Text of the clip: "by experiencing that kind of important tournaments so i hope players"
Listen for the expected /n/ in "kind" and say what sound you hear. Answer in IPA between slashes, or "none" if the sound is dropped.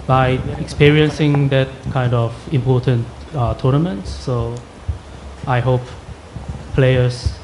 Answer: /n/